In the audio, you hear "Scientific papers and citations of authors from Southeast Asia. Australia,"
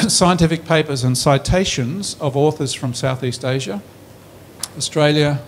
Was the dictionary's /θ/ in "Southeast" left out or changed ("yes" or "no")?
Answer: no